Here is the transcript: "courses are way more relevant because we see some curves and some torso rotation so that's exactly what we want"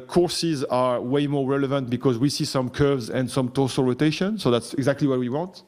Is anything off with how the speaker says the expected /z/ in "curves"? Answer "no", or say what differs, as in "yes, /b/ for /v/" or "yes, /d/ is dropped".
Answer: no